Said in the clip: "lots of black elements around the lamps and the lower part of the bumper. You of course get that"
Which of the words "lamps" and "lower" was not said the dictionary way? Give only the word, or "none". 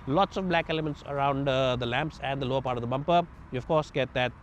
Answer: none